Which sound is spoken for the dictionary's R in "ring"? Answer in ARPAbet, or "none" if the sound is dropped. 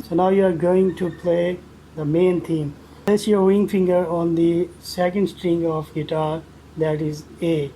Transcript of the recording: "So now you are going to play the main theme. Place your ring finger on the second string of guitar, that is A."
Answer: W